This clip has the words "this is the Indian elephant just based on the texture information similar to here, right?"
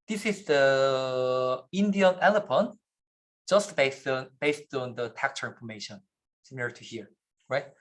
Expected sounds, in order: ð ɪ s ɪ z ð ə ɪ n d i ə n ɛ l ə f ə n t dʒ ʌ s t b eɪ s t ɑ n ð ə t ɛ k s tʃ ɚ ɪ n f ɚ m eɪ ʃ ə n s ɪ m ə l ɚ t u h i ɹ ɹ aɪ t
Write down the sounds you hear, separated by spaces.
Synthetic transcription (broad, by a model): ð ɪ s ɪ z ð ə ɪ n d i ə n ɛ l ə p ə n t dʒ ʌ s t b eɪ s t ɑ n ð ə t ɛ k tʃ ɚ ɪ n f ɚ m eɪ ʃ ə n s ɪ m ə l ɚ t u h i ɹ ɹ aɪ t